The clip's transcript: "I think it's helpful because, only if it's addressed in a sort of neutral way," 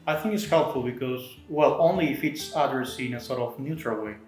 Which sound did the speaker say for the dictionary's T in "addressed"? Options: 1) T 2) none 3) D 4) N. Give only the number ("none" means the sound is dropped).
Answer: 2